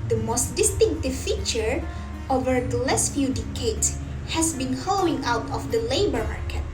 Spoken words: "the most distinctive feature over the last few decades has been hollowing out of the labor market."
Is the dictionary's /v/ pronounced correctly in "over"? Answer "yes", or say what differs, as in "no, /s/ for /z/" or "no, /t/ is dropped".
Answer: yes